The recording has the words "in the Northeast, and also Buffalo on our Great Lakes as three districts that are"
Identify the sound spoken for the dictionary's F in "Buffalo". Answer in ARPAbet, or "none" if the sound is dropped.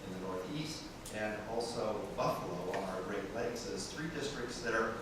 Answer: F